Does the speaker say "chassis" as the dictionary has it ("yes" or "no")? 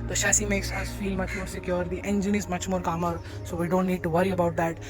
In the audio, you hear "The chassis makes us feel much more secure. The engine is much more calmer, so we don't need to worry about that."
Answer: no